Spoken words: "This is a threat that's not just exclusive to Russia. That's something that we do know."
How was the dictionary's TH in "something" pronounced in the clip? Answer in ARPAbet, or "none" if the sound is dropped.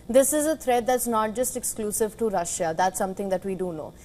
T